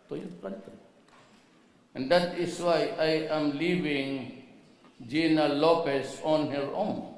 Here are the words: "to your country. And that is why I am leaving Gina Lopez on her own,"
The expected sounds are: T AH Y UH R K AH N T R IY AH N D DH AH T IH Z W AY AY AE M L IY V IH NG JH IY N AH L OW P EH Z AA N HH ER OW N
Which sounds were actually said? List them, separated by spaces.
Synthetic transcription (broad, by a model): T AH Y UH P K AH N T IY AH N D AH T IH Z W AY AY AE M L IY V IH NG JH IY N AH L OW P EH S AA N HH ER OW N